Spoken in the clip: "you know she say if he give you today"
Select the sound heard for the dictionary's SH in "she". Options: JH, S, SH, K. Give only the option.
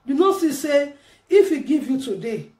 S